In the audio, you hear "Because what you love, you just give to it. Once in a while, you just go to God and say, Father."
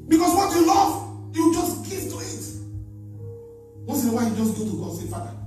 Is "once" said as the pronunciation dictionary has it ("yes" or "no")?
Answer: no